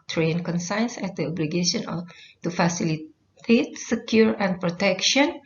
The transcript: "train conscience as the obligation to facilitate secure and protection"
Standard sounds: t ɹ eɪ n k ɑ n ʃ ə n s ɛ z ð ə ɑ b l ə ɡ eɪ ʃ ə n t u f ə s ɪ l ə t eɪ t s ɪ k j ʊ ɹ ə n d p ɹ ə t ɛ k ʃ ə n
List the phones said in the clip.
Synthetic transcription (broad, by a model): t ɹ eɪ n k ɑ n s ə n s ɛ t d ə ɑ b l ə ɡ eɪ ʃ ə n t u f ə s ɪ l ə t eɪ t s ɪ k j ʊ ɹ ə n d p ɹ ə t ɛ k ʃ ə n